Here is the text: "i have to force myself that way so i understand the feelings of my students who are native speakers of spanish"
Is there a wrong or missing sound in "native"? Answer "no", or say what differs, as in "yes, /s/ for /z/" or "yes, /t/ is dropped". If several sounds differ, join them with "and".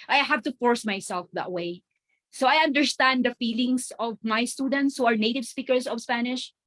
no